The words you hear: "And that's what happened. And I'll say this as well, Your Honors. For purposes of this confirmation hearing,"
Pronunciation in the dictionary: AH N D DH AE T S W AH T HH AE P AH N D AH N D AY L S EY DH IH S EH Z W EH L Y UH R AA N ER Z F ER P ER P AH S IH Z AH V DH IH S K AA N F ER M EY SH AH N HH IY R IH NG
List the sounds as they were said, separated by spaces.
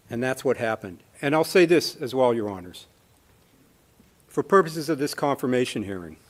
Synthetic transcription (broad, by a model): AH N DH AE T S W AH T HH AE P AH N D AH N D AY L S EY DH IH S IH Z W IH L Y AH R AA N ER Z F ER P ER P AH S IH Z AH V DH IH S K AA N F ER M EY SH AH N HH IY R IH NG